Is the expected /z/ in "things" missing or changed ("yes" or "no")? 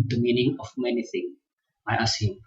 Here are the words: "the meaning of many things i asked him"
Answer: yes